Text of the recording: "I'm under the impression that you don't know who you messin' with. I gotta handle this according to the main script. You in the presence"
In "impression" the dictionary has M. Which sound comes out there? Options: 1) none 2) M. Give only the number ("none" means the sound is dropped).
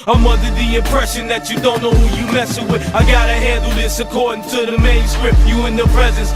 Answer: 2